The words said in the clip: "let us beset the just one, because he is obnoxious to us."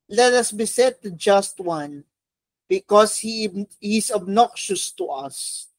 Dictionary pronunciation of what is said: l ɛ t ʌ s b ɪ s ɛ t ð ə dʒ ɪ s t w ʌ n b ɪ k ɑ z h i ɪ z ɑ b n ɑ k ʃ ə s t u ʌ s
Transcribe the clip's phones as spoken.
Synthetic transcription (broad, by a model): l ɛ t ʌ s b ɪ s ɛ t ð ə dʒ ɪ s t w ʌ n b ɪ k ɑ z h i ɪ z ɑ b n ɑ k ʃ ə s t u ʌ s